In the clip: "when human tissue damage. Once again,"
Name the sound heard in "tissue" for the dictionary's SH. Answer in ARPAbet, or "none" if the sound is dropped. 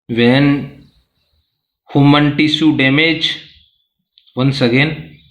S